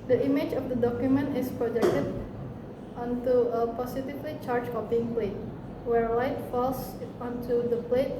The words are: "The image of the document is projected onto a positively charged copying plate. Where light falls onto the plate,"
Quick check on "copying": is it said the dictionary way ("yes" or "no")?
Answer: no